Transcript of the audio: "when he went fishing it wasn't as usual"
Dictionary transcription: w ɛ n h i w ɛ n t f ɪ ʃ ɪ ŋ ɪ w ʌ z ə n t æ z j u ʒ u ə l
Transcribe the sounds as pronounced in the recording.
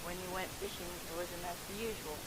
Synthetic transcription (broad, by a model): w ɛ n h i w ɛ n t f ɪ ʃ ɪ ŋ ɪ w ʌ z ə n æ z j u ʒ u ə l